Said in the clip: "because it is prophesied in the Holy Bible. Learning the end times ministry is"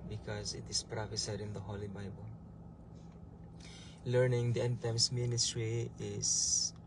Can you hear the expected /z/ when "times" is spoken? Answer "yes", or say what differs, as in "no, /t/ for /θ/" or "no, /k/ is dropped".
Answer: no, /s/ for /z/